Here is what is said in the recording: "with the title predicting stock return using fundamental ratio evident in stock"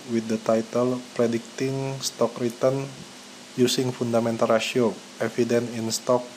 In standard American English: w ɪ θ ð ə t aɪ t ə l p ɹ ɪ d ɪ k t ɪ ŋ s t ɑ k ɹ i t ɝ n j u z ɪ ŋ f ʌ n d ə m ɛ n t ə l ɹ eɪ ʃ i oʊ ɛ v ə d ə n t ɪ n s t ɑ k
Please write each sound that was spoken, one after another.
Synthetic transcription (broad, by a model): w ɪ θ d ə t aɪ t ə l p ɹ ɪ d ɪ k t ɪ ŋ s t ɑ k ɹ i t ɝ n j u s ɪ ŋ f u n d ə m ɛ n t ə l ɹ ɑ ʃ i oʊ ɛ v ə d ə n ɪ n s t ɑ k